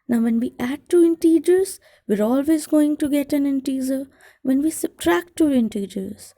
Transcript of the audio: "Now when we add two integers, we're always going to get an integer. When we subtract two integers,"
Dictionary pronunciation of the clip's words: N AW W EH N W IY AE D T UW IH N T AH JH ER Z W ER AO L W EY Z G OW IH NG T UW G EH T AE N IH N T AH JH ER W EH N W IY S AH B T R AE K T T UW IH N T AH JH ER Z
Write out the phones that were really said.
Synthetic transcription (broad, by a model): N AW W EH N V IY AE D T UW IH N T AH JH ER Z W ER AO L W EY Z G OW IH NG T UW G EH T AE N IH N T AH Z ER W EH N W IY S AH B T R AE K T T UW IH N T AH JH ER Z